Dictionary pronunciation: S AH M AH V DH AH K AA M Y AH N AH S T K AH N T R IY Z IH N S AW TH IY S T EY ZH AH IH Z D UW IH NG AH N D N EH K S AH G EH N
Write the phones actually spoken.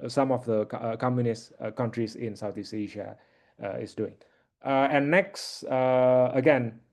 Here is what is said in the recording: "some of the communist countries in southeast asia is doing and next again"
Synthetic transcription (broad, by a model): S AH M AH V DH AH K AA M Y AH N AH S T K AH N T R IY S IH N S AW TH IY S EY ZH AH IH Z D UW IH NG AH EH N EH K S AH G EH N